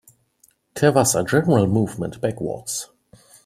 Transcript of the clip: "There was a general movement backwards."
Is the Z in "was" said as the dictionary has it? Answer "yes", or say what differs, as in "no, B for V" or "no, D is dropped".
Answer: no, S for Z